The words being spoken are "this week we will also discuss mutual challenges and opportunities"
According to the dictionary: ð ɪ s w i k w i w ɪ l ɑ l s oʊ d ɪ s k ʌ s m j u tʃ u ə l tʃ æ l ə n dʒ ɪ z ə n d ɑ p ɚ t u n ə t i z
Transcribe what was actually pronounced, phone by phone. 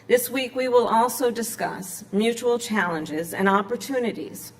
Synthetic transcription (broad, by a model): ð ɪ s w i k w i w ɪ l ɑ l s oʊ d ɪ s k ʌ s m j u tʃ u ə l tʃ æ l ə n dʒ ɪ z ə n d ɑ p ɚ t u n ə t i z